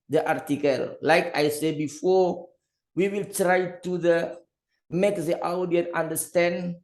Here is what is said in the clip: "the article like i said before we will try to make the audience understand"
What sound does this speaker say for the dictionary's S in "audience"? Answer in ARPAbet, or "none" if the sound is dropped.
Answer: none